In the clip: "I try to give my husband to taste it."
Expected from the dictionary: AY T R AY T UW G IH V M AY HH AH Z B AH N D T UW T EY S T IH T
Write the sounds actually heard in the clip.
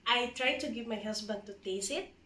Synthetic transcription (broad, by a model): AY T R AY T UW G IH V M AY HH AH S B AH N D T UW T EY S IH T